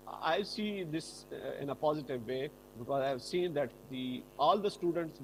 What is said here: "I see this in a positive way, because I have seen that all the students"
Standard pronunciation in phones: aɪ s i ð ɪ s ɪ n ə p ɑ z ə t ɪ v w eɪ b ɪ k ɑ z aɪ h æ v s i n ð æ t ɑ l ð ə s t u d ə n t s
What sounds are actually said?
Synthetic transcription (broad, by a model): aɪ s i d ɪ s ɪ n ə p ɑ z ə t ɪ v eɪ b ɪ k ɑ z aɪ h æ v s i n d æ t ɑ l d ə s t u d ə n t s